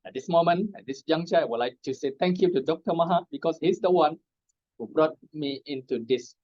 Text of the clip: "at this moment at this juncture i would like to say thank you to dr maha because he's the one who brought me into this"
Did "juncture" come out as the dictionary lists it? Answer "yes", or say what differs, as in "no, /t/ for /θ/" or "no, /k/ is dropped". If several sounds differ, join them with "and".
no, /k/ is dropped